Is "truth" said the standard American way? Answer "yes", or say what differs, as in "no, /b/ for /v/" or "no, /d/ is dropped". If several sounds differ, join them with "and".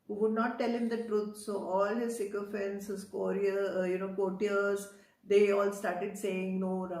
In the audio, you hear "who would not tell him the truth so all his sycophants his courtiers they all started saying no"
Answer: no, /t/ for /θ/